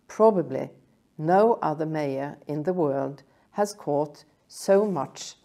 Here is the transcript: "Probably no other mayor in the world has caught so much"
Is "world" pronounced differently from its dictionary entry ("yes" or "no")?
no